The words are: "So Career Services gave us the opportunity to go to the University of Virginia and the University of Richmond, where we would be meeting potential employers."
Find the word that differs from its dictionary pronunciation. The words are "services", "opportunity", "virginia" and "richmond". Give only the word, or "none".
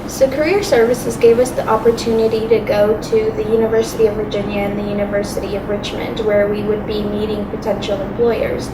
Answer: none